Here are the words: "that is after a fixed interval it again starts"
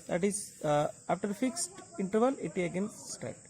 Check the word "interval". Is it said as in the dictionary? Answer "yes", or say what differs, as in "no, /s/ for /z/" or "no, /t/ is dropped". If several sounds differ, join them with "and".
yes